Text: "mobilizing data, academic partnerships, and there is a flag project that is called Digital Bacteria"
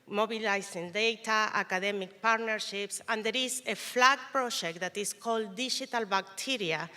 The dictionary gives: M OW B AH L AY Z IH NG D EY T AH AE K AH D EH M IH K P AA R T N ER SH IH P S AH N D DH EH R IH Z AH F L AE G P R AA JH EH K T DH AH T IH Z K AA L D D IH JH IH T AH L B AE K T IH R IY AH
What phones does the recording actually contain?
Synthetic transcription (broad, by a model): M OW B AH L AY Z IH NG D EY T AH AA K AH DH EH M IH K P AA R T N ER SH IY P S AH N D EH R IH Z AH F L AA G P R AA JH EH K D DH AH T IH S K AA L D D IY SH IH T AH L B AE K T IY R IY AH